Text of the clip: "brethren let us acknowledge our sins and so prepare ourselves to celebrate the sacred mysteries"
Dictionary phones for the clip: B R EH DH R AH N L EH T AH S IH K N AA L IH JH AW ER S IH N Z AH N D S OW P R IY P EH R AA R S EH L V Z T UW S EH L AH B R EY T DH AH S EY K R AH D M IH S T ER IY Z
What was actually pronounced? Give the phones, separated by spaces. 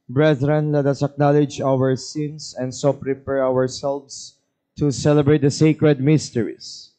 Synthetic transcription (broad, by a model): B R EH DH R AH N L EH T AH S IH K N AA L IH JH AW ER S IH N S AH N D S OW P R IY P EH R AA R S EH L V S T UW S EH L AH B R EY T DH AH S EY K R AH D M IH S T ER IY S